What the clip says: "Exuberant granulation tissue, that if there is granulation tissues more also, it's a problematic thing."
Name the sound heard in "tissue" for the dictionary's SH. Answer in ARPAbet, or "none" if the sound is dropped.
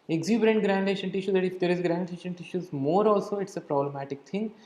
SH